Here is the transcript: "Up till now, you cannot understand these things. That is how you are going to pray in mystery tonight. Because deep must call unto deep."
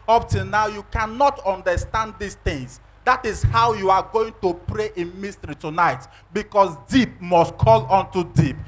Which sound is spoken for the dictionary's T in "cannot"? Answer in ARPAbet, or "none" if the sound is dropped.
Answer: T